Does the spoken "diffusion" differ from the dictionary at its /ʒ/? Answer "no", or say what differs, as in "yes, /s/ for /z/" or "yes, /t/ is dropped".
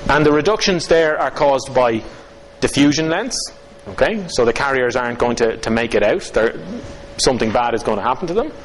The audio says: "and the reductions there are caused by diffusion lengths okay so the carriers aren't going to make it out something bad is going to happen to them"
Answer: no